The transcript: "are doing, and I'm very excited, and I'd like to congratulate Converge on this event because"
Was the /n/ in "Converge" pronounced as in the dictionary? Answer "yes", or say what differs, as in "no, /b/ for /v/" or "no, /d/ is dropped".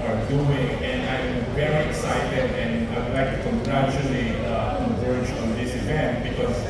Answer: no, /n/ is dropped